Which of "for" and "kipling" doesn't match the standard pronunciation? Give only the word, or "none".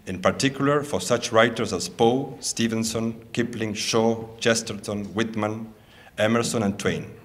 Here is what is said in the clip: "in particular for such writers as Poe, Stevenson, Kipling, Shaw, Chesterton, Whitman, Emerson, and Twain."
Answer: none